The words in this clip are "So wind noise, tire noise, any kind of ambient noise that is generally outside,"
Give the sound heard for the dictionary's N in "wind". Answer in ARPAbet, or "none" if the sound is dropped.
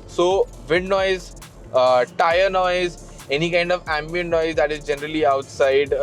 none